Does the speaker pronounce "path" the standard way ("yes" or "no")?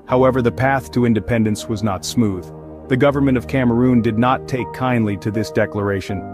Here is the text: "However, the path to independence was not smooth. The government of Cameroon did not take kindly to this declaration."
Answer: yes